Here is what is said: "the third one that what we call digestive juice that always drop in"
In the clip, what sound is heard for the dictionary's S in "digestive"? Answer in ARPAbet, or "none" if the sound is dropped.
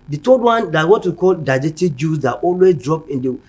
none